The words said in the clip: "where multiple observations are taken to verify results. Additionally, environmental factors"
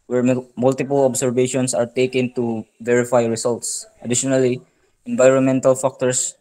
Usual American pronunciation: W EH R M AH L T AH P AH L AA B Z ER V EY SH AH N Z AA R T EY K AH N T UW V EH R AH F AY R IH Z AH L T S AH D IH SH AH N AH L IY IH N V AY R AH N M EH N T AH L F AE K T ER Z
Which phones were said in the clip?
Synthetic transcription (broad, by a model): W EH R M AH L T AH P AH L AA B S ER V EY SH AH N S AA R T EY K AH N T UW V EH R AH F AY R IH S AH L T S AH D IH SH AH N AH L IY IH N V AY R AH N M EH N T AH L F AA K T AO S